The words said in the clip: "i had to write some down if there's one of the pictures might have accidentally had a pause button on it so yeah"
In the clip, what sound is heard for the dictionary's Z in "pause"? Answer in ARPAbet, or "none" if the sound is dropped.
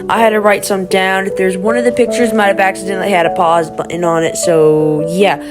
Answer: Z